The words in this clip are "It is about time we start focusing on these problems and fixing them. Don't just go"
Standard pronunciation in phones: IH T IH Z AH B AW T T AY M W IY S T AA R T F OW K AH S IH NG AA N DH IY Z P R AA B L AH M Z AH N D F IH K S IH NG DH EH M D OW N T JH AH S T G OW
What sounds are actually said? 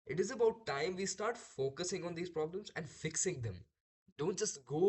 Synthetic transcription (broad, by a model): IH T IH Z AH B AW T T AY M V IY S T AA R T F OW K AH S IH NG AA N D IY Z P R AA B L AH M Z AH N D F IH K S IH NG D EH M D OW N T JH AH S T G OW